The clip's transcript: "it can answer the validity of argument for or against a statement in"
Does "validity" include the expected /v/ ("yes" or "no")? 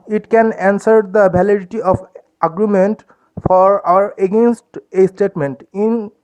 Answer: no